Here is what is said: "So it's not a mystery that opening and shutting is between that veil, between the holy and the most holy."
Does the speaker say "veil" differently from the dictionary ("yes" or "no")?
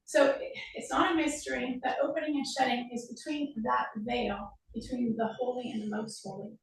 no